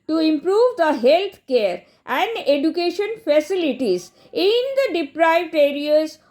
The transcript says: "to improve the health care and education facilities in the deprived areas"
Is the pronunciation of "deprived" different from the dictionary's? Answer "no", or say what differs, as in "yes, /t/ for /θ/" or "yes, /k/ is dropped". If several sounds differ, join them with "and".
no